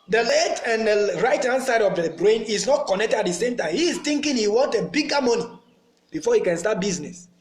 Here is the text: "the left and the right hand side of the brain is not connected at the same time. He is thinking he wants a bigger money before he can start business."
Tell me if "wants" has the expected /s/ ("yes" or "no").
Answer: no